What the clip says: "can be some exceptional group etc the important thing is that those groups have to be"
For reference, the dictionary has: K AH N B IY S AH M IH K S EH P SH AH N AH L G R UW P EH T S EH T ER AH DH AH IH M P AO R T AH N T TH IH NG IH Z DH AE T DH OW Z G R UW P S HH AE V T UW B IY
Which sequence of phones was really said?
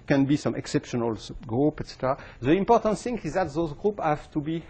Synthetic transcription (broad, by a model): K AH N B IY S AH M IH K S EH P SH AH N AH L G R UW P EH T S EH T ER AH DH AH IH M P AO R T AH N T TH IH NG IH Z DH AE T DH OW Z G R UW P HH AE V T UW B IY